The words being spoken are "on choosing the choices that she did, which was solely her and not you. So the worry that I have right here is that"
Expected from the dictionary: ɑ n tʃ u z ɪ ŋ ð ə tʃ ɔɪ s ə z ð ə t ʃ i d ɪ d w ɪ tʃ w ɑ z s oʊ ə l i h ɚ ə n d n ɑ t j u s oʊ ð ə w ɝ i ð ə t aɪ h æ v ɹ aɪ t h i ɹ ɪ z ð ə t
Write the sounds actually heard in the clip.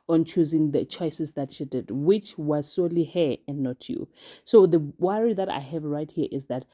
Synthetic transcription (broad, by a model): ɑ n tʃ u z ɪ ŋ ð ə tʃ ɔɪ s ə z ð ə t ʃ i d ɪ d w ɪ tʃ w ɑ z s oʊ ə l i h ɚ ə n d n ɑ t j u s oʊ ð ə w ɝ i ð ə t aɪ h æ v ɹ aɪ t h i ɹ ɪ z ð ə t